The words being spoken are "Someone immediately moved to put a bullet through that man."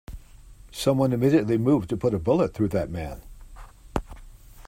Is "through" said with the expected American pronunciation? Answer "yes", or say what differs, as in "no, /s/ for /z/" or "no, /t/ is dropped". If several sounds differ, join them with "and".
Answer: yes